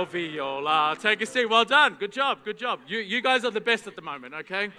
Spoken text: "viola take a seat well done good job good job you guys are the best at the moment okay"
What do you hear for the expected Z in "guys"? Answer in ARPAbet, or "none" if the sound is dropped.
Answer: Z